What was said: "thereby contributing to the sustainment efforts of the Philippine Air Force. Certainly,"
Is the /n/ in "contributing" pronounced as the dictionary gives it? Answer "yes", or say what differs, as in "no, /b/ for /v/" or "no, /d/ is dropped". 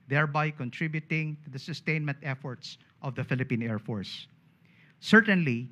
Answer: yes